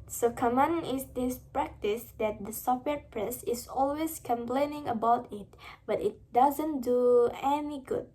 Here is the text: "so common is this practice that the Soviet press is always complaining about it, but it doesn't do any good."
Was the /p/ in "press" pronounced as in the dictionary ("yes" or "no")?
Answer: yes